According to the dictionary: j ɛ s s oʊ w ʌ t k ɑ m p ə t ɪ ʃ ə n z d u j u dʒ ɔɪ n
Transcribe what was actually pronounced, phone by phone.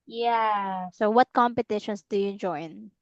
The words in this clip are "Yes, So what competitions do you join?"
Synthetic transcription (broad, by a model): j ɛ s s oʊ w ʌ t k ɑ m p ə t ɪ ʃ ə n s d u j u dʒ ɔɪ n